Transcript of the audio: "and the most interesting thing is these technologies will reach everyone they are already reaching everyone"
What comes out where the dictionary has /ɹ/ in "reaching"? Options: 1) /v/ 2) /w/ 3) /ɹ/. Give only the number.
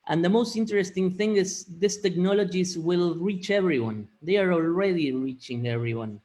3